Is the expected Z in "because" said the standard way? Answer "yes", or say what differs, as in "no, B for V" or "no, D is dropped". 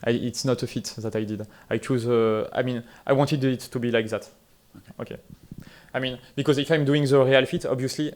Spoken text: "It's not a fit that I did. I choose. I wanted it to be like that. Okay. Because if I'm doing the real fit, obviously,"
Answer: yes